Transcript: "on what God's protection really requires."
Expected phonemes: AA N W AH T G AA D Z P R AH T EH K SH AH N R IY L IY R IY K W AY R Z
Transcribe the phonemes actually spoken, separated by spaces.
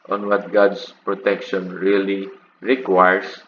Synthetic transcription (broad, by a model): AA N W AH T G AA D S P R AH T EH K SH AH N R IY L IY R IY K W AY R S